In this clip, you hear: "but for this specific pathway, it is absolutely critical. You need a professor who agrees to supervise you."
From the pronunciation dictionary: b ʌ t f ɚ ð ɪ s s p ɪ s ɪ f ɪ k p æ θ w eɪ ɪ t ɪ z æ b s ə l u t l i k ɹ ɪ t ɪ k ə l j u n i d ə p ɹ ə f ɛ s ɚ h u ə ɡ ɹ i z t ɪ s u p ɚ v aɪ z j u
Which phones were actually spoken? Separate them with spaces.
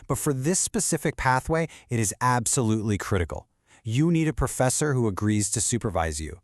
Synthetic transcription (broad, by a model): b ʌ t f ɚ ð ɪ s s p ɪ s ɪ f ɪ k p æ θ w eɪ ɪ t ɪ z æ b s ə l u t l i k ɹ ɪ t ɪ k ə l j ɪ n i d ə p ɹ ə f ɛ s ɚ h u ə ɡ ɹ i z t ɪ s u p ɚ v aɪ z j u